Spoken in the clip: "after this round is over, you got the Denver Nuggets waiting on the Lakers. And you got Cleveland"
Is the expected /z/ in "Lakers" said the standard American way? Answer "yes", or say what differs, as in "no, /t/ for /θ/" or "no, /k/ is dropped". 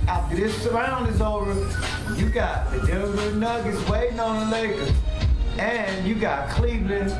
no, /z/ is dropped